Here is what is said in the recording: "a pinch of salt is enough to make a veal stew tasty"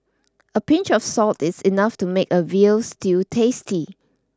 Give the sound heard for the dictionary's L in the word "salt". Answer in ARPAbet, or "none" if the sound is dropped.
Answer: L